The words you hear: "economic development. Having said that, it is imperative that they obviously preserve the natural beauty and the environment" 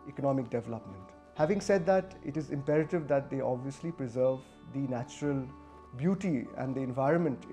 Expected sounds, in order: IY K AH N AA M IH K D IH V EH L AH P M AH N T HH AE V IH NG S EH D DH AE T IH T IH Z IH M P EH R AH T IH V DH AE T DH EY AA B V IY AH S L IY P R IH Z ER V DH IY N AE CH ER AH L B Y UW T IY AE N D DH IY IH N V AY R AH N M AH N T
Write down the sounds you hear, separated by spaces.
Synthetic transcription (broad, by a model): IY K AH N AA M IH K D IH V EH L AH P M AH N T HH AE V IH NG S EH D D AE T IH T IH Z IH M P EH R AH T IH V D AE T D EY AA B V IY AH S L IY P R IH Z ER V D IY N AE CH ER AH L B Y UW T IY AE N D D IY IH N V AY R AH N M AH N T